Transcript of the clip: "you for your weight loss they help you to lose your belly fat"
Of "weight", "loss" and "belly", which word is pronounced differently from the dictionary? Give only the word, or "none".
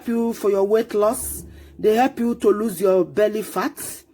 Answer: none